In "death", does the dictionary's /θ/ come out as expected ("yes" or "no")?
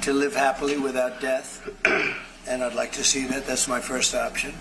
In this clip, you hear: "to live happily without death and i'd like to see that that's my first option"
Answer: yes